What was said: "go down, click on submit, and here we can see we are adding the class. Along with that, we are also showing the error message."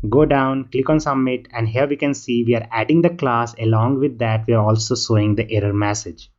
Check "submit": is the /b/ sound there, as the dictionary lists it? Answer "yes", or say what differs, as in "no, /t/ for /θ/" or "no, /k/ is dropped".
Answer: no, /b/ is dropped